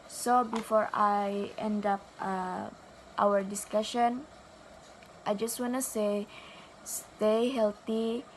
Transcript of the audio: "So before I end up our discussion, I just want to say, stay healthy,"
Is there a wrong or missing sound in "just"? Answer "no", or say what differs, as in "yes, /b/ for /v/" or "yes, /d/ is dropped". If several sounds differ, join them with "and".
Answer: no